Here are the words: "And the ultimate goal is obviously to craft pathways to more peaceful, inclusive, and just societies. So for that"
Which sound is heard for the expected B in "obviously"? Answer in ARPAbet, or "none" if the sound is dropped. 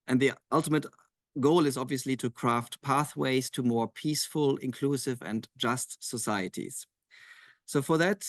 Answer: B